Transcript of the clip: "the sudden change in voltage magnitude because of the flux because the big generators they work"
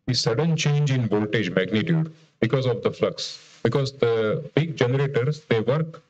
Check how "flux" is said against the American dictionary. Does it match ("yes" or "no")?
yes